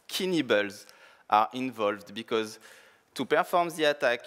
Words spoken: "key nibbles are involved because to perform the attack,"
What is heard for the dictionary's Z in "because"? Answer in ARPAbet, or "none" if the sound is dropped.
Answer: Z